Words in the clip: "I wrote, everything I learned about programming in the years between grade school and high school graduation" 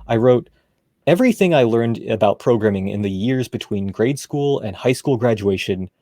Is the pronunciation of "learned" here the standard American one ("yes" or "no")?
yes